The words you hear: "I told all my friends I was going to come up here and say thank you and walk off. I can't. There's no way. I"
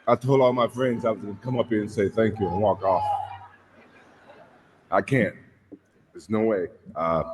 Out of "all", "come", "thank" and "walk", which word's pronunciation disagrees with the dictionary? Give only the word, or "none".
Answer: none